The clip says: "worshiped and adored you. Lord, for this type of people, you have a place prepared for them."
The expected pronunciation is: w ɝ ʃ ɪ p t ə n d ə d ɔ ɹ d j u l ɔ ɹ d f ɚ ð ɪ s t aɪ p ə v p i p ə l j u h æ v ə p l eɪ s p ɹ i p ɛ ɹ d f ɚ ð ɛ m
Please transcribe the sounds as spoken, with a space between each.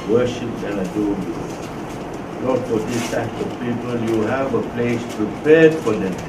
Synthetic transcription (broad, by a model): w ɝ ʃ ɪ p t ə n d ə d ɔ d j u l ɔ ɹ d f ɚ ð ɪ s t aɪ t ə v p i p ə l j u h æ v ə p l eɪ s p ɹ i p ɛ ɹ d f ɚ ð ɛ